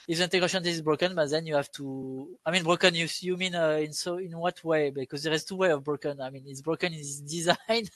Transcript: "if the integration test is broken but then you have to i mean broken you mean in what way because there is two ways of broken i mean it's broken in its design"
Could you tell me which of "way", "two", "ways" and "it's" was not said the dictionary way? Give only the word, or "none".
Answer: ways